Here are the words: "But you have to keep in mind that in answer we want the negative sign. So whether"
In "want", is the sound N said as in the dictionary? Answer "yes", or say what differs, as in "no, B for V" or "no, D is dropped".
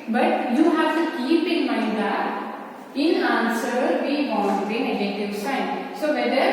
no, L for N